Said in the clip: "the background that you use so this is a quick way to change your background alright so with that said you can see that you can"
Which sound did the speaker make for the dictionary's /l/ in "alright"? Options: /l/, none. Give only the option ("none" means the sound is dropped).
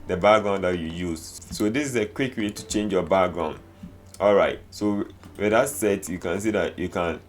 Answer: /l/